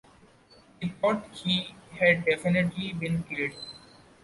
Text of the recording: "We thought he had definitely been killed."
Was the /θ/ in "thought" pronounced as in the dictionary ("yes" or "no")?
no